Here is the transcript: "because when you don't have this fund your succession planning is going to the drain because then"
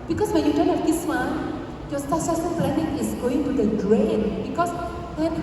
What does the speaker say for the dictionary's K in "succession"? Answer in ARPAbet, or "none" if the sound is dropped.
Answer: none